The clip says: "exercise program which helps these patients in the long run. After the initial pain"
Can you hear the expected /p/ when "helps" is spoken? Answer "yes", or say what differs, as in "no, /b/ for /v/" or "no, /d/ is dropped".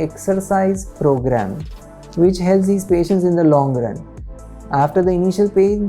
no, /p/ is dropped